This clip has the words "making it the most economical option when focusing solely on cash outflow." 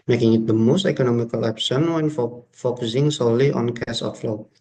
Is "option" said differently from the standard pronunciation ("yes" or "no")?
yes